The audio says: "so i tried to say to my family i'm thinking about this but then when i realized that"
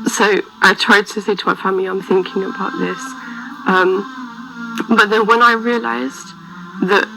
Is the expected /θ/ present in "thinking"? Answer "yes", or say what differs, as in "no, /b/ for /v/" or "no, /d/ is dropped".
yes